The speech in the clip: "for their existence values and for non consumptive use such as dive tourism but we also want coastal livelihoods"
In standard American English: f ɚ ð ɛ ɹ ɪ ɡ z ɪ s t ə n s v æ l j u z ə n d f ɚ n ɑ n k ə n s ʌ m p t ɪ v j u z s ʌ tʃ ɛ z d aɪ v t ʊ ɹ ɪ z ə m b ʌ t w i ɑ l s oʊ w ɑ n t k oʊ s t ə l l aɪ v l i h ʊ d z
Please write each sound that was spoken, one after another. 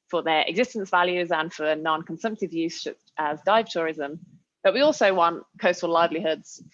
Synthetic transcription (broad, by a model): f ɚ ð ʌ ɹ ɪ ɡ z ɪ s t ə n s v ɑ l j u z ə n f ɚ n ɑ n k ə n s ʌ m p t ɪ v j u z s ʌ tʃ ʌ z d aɪ v t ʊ ɹ ɪ z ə m b ʌ t w i ɑ l s oʊ w ɑ n t k oʊ s t ə l l aɪ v l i h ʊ d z